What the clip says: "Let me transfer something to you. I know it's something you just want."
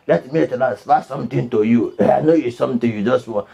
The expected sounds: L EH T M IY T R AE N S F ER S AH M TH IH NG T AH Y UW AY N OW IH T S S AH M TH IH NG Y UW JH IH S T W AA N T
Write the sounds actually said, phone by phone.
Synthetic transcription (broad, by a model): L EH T M IY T L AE S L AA S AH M T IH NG T AH Y UW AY N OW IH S S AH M T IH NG Y UW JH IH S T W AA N